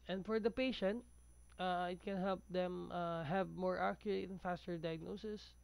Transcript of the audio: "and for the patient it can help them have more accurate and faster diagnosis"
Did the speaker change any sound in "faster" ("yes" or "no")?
no